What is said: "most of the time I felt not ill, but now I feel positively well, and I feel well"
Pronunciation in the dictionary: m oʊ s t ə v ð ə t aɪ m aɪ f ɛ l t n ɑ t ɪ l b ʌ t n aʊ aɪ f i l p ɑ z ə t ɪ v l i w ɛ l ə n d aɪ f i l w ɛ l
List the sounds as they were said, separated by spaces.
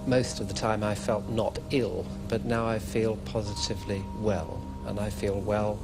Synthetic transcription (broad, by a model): m oʊ s t ə v ð ə t aɪ m aɪ f ɛ l t n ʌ t ɪ l b ʌ t n aʊ aɪ f i l p ɑ z ə t ɪ v l i w ɛ l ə n aɪ f i l w ɛ l